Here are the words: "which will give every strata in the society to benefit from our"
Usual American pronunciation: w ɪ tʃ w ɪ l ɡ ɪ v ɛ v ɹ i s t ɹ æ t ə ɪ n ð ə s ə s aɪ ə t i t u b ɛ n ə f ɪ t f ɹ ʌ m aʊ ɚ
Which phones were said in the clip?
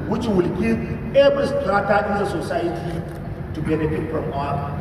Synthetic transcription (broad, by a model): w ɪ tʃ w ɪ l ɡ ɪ ɛ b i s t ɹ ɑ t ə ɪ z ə s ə s aɪ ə t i t u b ɛ n ə f ɪ t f ɹ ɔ m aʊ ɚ